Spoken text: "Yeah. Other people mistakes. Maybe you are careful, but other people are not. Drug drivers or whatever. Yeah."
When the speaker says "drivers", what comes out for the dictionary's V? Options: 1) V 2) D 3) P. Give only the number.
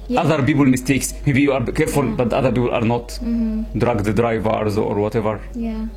1